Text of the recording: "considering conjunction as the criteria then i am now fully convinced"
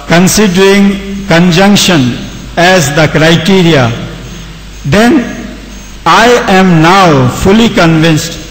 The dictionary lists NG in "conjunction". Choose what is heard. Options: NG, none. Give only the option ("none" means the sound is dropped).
NG